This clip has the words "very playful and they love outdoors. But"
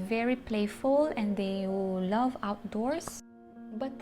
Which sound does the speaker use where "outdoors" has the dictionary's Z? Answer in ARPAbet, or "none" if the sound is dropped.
S